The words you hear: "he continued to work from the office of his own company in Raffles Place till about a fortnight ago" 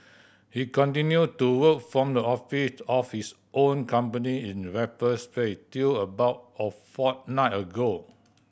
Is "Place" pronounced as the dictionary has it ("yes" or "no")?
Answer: no